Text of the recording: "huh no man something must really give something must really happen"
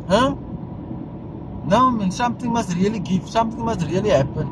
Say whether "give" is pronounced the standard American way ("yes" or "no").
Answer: no